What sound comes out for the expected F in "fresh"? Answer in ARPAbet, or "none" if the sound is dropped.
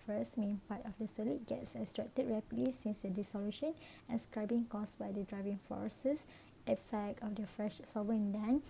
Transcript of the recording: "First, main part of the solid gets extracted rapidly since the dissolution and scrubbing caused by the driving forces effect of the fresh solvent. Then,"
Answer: F